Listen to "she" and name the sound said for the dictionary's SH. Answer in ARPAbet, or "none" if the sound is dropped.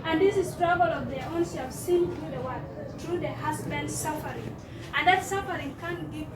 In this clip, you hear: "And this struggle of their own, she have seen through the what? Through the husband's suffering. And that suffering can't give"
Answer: S